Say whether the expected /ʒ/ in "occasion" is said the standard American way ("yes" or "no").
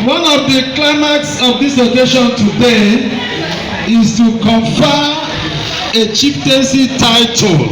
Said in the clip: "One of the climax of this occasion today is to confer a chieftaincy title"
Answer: no